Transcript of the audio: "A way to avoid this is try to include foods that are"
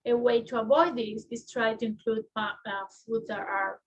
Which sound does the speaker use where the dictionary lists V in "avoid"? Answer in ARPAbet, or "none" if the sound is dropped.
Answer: B